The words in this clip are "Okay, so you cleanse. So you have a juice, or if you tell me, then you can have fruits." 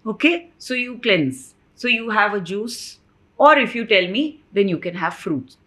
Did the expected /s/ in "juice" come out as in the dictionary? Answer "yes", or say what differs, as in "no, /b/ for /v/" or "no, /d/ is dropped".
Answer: yes